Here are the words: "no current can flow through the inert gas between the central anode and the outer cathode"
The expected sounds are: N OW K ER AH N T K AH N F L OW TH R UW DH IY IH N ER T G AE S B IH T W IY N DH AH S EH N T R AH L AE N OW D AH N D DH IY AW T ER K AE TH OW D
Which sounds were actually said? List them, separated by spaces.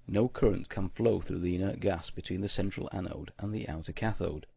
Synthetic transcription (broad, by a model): N OW K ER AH N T K AH N F L OW TH R UW DH IY IH N ER T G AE S B IH T W IY N DH AH S EH N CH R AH L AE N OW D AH N DH IY AW T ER K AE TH OW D